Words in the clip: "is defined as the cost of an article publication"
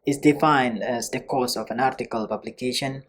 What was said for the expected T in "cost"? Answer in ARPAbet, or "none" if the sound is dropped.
none